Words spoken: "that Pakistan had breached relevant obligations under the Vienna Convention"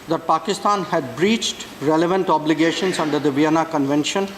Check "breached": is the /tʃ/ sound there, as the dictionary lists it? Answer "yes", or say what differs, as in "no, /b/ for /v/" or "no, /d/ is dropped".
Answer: yes